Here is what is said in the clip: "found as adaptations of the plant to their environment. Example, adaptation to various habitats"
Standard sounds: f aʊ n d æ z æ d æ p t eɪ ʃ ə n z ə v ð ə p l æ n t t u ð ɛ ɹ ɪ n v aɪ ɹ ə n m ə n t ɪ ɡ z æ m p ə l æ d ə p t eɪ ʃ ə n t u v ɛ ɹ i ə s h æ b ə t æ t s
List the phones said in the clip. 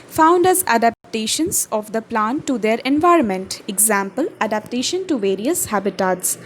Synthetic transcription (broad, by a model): f aʊ n d æ z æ d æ p t eɪ ʃ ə n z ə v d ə p l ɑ n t t u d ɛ ɹ ɪ n v aɪ ɹ ə n m ə n t ɪ ɡ z æ m p ə l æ d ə p t eɪ ʃ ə n t u v ɛ ɹ i ə s h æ b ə t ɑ t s